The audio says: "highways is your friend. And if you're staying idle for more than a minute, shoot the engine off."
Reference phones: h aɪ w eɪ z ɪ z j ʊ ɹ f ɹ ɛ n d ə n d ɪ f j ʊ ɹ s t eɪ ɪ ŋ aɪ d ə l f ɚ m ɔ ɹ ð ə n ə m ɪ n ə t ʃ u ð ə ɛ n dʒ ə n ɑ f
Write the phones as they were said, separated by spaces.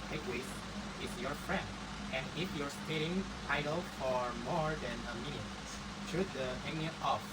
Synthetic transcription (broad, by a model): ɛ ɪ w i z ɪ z j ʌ ɹ f ɹ ɛ n d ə n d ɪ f j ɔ ɹ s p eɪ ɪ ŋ aɪ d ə l f ɚ m ɔ ɹ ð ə n ə m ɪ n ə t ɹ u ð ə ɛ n ə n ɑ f